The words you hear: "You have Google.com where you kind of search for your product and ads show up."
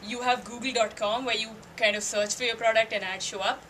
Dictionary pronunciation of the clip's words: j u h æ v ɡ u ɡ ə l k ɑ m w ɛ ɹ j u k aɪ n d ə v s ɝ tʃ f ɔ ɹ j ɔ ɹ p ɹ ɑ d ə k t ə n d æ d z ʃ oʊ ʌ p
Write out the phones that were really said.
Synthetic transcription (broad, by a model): j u h æ v ɡ u ɡ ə l k ɑ m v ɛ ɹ j u k aɪ n d ə v s ɝ tʃ f ɔ ɹ j ɔ ɹ p ɹ ɑ d ə k t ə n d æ d ʃ oʊ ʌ p